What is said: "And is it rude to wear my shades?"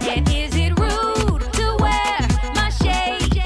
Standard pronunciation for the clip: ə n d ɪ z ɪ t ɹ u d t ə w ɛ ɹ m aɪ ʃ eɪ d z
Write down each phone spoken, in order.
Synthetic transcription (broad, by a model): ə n ɪ z ɪ t ɹ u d t ə w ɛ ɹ m aɪ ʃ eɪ